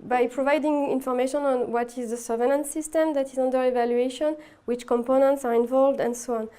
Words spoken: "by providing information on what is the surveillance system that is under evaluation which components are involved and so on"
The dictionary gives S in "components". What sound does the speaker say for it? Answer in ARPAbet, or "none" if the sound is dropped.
S